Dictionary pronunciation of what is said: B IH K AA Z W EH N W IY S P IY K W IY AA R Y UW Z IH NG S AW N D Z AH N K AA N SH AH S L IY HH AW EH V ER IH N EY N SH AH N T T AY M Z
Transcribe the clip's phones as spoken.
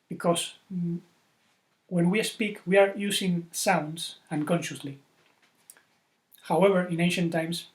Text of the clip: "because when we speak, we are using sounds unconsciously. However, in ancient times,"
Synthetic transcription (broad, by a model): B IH K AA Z W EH N W IY S P IY K W IY AA R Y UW S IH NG S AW N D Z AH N K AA N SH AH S L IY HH AW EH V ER IH N EY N SH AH N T T AY M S